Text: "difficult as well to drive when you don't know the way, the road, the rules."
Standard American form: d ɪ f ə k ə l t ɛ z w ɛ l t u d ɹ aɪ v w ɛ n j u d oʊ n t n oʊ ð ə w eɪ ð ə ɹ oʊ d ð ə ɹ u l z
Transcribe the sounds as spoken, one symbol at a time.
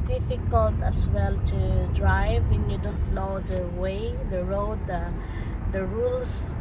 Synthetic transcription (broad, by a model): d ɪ f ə k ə l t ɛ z w ɛ l t u d ɹ aɪ v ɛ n j u d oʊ n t l oʊ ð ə w eɪ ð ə ɹ oʊ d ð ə ɹ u l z